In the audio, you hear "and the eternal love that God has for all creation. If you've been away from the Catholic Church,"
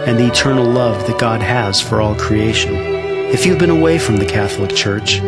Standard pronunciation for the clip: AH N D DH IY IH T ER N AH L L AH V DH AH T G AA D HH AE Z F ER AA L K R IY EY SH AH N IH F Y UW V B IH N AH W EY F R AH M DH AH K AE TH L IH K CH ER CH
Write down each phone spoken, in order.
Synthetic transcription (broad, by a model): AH N DH IY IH T ER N L L AH V DH AH T G AA D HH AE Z F ER AA L K R IY EY SH AH N IH F Y UW V B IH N AH W EY F R AH M DH AH K AE TH L IH K CH ER CH